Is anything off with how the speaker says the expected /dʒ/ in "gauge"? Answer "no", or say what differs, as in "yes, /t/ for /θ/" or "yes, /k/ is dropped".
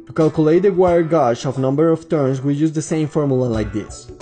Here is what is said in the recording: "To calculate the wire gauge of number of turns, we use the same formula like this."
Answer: yes, /ʃ/ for /dʒ/